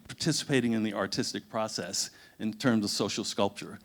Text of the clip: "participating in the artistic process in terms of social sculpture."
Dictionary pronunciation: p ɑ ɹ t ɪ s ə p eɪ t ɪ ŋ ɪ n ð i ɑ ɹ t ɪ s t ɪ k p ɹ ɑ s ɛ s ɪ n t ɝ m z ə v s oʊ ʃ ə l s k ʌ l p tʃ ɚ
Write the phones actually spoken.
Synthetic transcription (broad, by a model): p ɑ ɹ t ɪ s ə p eɪ t ɪ ŋ ɪ n ð i ɑ ɹ t ɪ s t ɪ k p ɹ ɑ s ɛ s ɪ n t ɝ m z ə v s oʊ ʃ l s k ʌ l p tʃ ɚ